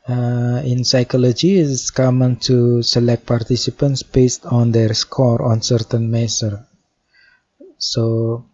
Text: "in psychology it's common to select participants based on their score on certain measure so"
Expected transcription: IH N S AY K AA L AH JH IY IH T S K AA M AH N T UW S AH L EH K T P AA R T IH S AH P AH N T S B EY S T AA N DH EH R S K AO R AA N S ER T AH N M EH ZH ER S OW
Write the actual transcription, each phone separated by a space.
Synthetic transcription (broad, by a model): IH N S AY K AA L AH JH IY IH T S K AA M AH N T UW S AH L EH K T P AA R T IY S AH P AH N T S B EY S T AA N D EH R S K AO R AA N S ER T AH N M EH S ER S OW